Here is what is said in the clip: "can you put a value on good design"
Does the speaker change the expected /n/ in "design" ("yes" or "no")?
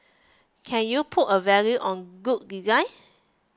yes